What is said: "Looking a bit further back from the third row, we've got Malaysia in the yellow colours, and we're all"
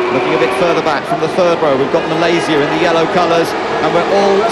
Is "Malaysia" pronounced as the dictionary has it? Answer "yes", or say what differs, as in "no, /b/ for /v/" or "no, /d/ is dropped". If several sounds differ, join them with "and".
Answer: no, /z/ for /ʒ/